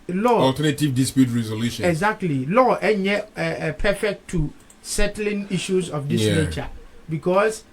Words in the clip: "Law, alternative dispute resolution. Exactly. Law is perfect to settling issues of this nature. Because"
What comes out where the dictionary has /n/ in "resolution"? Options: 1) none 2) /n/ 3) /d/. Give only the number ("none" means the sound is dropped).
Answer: 1